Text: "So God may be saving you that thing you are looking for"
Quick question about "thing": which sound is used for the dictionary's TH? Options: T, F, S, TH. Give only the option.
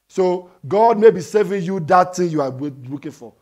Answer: T